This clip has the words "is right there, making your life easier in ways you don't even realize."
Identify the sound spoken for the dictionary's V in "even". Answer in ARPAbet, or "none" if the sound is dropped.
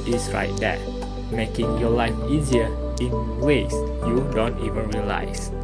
V